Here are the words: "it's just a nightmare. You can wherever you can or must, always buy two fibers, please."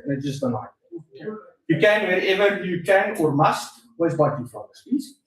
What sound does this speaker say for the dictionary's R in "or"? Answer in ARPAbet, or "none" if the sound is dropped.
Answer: R